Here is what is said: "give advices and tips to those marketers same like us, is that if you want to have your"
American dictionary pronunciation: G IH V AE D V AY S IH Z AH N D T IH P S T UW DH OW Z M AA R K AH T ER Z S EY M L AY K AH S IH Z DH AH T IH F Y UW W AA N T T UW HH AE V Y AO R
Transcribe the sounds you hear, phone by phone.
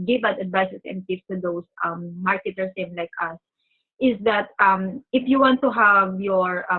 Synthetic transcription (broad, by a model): G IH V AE D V AY S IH S AH N D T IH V T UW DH OW S M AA R K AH T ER S EY M L AY K AH S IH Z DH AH T IH F Y UW W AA N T T UW HH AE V Y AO R